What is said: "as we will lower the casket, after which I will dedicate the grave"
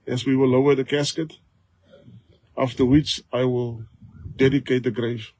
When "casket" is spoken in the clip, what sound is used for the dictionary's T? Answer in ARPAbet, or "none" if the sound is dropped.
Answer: T